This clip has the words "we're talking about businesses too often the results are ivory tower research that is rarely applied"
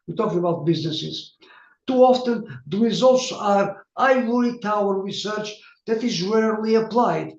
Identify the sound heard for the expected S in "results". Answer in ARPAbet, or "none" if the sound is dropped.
S